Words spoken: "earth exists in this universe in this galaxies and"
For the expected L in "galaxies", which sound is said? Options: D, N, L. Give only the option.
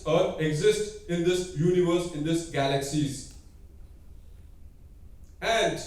L